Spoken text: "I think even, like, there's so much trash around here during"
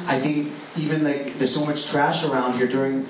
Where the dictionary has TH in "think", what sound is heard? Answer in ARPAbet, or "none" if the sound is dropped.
TH